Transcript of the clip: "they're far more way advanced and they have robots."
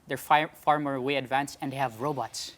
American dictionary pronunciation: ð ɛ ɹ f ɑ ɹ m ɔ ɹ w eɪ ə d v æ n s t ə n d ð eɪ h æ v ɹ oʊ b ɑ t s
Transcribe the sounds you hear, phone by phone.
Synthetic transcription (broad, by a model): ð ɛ ɹ f ɑ ɹ m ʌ ɹ w eɪ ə d v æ n s ə n d h æ v ɹ oʊ b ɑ t s